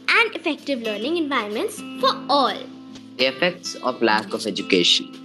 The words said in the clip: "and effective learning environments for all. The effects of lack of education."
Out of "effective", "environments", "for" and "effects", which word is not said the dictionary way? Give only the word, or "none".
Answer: none